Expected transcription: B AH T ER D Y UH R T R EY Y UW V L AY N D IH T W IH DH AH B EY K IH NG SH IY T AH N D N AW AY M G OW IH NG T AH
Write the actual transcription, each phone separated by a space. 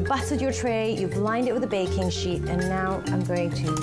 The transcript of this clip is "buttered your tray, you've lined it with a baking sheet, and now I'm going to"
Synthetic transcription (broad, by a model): B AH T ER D Y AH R T R EY Y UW B L AY N D IH T W IH DH AH B EY K IH NG SH IY T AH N N AW AY M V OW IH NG T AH